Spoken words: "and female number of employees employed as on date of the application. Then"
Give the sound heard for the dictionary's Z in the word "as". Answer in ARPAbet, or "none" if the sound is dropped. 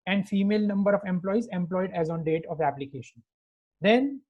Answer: Z